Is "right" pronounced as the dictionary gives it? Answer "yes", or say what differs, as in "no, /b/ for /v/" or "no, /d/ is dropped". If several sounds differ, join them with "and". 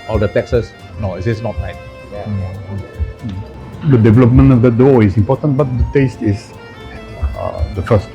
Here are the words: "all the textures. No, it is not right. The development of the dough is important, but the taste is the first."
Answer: no, /l/ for /ɹ/